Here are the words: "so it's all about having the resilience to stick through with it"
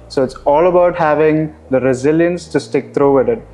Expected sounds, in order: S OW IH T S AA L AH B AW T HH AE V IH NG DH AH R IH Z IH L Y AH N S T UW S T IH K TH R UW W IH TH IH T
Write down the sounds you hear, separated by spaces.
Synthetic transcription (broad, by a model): S OW IH T S AA L AH B AW T HH AE V IH NG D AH R IH Z IH L Y AH N S T UW S T IH K T R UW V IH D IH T